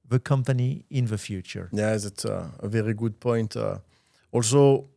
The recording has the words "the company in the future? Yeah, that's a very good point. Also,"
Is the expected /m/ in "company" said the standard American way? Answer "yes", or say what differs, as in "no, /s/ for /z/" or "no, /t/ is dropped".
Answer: yes